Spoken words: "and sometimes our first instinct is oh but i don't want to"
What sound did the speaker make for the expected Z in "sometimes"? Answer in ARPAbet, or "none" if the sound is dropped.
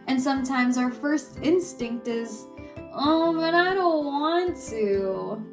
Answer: Z